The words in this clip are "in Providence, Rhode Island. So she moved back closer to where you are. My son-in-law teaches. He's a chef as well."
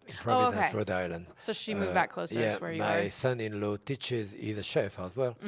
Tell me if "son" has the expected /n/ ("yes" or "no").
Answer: yes